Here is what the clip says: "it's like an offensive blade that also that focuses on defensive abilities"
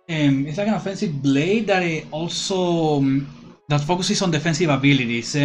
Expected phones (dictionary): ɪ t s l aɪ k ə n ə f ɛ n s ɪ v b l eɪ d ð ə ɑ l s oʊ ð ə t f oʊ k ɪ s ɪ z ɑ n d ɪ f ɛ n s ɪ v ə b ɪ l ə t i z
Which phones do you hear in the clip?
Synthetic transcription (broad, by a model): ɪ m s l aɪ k ə n ə f ɛ n s ɪ v b l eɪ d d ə ɑ l s oʊ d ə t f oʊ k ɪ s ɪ s ɑ n d ɪ f ɛ n s ɪ v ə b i l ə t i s